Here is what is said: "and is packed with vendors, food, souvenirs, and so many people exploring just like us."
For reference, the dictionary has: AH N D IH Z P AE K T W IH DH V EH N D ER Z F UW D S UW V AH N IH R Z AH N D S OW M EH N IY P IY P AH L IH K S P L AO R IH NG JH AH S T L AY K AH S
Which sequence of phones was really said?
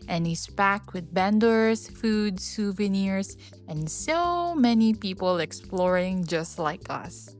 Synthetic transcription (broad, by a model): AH N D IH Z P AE K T W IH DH B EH N D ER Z F UW D S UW V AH N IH R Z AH N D S OW M EH N IY P IY P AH L IH K S P L AO R IH NG JH AH S T L AY K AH S